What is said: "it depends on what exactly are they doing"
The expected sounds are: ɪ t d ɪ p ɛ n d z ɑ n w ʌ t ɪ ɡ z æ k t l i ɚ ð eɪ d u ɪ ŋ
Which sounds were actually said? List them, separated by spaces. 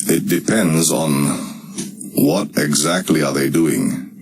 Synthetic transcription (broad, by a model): ɪ t d ɪ p ɛ n d z n w ʌ t ɪ ɡ z æ k t l i ɚ ð eɪ d u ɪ ŋ